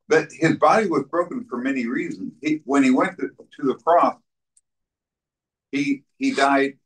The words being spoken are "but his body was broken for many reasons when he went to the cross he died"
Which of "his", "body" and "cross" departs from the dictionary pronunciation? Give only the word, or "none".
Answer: none